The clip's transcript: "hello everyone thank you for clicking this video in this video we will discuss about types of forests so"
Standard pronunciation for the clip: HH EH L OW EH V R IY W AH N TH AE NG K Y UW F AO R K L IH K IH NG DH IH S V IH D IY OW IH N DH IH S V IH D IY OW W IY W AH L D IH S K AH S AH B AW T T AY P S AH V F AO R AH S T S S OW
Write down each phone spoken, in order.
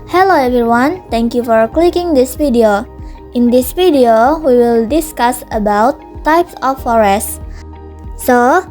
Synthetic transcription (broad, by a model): HH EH L OW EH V R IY W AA N T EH NG K Y UW F AO R K L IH K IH NG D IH S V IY D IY OW IH N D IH S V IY D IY OW W IY W AH L D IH S K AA S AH B AW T T AY P S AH F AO R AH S S S OW